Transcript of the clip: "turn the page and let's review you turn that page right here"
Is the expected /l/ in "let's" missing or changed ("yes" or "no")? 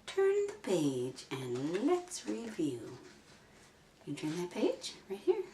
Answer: no